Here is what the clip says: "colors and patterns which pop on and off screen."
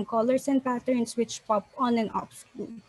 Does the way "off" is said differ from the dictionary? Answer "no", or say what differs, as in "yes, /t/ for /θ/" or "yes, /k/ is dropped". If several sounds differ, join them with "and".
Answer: yes, /p/ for /f/